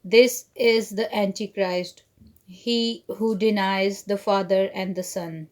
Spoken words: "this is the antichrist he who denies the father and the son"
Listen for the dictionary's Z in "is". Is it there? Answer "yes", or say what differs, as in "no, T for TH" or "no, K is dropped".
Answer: yes